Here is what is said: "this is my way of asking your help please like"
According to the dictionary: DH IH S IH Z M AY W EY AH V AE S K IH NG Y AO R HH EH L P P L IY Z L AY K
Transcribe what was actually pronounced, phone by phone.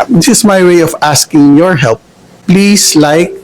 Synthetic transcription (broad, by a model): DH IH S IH S M AY W EY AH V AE S K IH NG Y AO R HH EH L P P L IY S L AY K